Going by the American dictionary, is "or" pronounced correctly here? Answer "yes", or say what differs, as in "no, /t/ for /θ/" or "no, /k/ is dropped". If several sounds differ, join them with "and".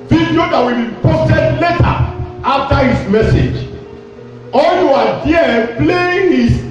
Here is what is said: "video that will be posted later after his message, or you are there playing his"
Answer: no, /l/ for /ɹ/